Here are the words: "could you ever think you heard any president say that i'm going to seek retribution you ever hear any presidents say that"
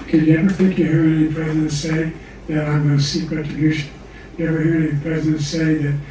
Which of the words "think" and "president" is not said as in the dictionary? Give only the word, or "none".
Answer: none